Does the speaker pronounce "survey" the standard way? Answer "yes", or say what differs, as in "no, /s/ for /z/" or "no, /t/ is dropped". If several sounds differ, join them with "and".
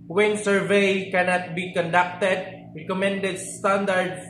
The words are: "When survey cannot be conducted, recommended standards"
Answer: yes